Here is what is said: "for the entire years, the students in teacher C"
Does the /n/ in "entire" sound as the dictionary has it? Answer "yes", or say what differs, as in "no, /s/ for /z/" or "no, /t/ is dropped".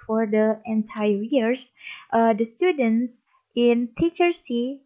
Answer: yes